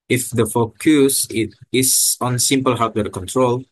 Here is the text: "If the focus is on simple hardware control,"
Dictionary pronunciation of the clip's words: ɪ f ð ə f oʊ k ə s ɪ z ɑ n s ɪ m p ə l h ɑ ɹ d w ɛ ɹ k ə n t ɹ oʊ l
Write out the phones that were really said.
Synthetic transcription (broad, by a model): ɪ f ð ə f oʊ k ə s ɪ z ɑ n s ɪ m p ə l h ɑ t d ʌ k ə n t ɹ oʊ l